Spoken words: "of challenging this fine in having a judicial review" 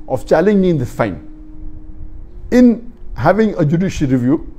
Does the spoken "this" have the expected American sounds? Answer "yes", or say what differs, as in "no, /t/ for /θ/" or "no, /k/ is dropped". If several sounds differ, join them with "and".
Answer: no, /s/ is dropped